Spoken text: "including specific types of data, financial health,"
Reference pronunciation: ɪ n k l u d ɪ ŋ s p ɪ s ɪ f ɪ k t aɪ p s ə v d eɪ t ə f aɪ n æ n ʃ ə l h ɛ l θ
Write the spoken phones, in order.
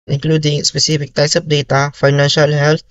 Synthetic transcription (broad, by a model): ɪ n k l u d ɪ ŋ s p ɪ s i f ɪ k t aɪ s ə p d eɪ t ə f aɪ n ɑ n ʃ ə l h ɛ l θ